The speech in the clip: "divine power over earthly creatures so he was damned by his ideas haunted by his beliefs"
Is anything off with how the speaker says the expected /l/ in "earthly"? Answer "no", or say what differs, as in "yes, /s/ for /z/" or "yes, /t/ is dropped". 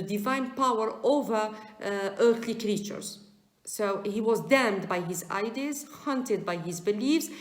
no